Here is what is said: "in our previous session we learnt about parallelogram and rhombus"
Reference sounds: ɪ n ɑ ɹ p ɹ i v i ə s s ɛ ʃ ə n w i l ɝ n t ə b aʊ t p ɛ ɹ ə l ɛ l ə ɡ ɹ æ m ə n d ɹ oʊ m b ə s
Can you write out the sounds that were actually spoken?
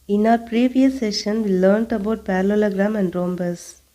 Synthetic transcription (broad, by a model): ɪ n ɑ ɹ p ɹ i v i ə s s ɛ ʃ ə n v i l ɝ n t ə b aʊ t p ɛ ɹ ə l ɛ l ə ɡ ɹ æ m ə n d ɹ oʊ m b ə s